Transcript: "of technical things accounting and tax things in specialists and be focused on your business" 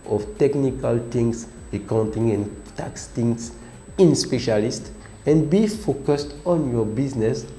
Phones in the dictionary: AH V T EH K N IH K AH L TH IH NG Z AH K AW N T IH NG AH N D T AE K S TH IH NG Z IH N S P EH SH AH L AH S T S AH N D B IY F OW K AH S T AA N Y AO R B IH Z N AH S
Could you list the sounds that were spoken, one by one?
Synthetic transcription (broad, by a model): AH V T EH K N IH K AH L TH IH NG S AH K AW N T IH NG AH N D T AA K S T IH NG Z IH N S P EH SH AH L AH S T AH N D B IY F OW K AH S T AA N Y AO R B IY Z N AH S